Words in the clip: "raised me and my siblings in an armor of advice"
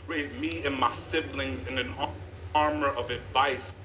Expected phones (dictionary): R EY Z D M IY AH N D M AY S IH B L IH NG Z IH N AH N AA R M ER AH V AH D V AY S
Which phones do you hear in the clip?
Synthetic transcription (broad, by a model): R EY Z M IY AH N M AY S IH B L IH NG Z IH N AH N AA R M ER AH V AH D V AY S